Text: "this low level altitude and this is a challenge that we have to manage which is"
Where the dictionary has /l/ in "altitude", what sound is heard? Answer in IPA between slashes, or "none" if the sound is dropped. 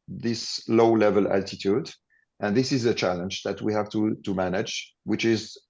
/l/